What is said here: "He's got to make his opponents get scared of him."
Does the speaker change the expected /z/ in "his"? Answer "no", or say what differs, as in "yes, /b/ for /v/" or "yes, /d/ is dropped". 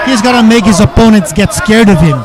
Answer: no